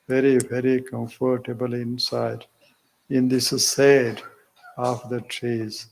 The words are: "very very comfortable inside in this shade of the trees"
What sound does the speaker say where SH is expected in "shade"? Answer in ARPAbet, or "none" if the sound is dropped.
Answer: S